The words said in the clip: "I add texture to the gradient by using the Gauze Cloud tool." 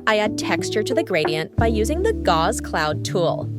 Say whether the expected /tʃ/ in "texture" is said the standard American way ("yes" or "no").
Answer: yes